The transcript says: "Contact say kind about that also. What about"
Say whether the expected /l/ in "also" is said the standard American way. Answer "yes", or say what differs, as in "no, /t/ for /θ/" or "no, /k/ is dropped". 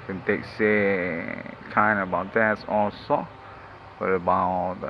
no, /l/ is dropped